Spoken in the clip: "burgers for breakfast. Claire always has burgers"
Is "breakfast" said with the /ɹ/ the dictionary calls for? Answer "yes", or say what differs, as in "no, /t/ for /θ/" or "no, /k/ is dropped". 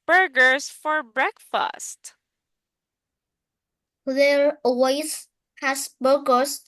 yes